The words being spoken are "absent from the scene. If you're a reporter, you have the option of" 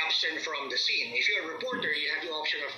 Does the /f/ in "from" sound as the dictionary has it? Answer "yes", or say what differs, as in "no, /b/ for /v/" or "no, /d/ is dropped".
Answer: yes